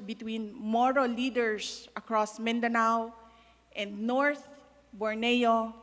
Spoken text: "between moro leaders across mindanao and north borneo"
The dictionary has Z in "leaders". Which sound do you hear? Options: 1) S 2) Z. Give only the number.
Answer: 1